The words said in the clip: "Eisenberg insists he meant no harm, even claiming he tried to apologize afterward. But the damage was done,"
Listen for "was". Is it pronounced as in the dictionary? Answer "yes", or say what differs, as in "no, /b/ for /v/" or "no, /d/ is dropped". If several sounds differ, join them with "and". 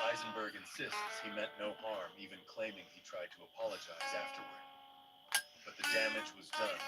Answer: yes